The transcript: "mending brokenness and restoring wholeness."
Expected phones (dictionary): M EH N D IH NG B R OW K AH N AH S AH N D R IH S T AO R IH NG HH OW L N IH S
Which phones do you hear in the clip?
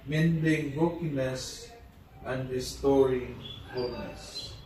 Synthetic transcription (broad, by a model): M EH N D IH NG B OW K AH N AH S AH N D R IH S T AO R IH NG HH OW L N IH S